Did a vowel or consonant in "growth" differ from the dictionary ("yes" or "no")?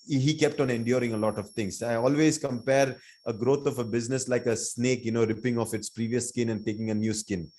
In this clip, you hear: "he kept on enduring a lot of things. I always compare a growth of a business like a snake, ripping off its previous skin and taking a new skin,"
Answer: yes